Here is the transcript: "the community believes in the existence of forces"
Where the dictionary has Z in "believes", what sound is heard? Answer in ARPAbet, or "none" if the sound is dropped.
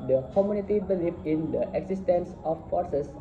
none